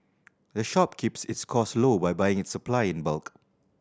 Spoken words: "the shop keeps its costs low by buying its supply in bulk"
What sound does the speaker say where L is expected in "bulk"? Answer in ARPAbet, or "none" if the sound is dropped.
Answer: L